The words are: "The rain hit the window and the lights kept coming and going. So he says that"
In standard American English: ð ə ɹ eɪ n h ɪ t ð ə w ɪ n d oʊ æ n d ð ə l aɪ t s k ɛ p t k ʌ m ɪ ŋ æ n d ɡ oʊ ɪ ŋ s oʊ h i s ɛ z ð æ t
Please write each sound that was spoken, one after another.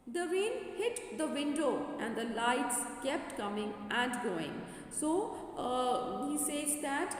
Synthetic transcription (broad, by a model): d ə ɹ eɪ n h ɪ t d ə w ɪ n d oʊ æ n d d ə l aɪ t s k ɛ p t k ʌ m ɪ ŋ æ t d ɡ oʊ ɪ ŋ s oʊ h i s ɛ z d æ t